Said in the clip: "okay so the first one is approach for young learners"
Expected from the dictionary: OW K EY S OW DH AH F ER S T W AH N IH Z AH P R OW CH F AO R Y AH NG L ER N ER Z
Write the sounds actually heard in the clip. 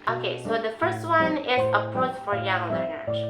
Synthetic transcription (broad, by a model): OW K EY S OW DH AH F ER S T W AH N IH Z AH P R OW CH F AO R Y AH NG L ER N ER